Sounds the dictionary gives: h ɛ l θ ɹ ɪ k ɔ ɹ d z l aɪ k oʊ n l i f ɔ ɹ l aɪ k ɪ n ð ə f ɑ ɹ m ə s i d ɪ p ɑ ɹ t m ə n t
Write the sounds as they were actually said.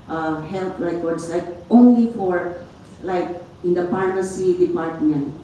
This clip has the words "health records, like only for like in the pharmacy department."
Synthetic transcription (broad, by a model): h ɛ l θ ɹ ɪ k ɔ ɹ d s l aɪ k oʊ n l i f ɔ ɹ l aɪ k ɪ n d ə p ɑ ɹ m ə s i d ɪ p ɑ ɹ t m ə n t